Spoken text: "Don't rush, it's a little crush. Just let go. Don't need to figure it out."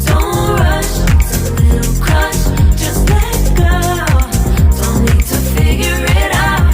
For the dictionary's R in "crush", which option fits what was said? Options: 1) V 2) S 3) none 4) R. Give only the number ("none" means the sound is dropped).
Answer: 3